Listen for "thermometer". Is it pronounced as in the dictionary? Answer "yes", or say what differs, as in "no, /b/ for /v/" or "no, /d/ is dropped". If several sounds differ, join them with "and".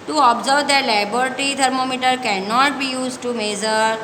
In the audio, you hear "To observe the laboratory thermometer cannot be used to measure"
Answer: no, /t/ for /θ/